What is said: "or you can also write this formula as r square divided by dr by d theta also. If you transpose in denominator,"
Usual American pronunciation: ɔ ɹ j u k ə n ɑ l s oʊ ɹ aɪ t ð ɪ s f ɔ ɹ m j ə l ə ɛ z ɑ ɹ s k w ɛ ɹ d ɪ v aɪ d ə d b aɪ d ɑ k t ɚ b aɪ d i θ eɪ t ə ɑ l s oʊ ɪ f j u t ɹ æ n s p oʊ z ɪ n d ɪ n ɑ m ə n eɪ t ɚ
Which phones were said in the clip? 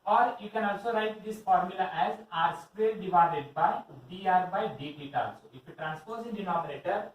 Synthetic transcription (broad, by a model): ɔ ɹ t k ə n ɑ l s oʊ ɹ aɪ t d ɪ s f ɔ ɹ m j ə l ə ɛ z ɑ ɹ s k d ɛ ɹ d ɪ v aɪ d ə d b aɪ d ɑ t b aɪ d i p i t ɑ l s oʊ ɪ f j u t ɹ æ n s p oʊ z ɪ n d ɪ n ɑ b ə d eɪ t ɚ